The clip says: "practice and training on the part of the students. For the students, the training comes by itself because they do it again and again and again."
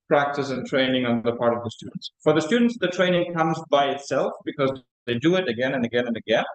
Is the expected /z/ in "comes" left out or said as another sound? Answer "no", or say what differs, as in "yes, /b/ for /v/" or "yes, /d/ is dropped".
no